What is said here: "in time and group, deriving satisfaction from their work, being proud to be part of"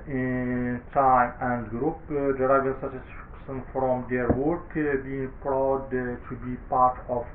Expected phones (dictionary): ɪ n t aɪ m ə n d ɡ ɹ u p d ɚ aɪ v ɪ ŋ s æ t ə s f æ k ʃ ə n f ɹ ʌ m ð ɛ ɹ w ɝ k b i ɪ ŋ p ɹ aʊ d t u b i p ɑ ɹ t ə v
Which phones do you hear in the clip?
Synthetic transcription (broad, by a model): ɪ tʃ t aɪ ə n d ɡ ɹ u p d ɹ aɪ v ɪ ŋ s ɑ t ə s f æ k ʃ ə n f ɹ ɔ m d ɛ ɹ w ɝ k b i ɪ ŋ p ɹ aʊ d t u b i p ɑ ɹ t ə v